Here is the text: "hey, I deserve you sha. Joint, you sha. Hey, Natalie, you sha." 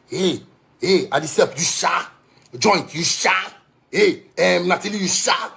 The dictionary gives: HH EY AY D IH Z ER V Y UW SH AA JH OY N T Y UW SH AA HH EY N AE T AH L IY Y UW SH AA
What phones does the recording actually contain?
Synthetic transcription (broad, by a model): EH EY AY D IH S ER P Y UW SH AA JH OY N T Y UW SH AA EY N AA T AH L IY Y UW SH AA